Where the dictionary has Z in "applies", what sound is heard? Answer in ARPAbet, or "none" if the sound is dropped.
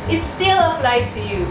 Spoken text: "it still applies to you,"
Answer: none